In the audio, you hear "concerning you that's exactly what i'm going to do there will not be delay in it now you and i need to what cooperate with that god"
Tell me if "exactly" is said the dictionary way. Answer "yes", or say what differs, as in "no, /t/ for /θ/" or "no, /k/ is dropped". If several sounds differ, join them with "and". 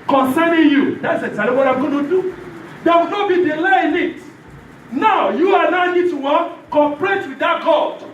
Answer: no, /k/ is dropped